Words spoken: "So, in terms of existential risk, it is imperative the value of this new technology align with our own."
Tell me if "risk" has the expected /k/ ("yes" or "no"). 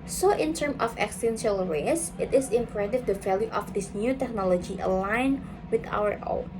no